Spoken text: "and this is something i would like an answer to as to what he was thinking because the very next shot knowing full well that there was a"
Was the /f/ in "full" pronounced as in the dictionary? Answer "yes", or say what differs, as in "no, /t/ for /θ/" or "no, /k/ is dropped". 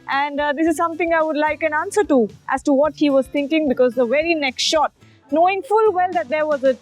yes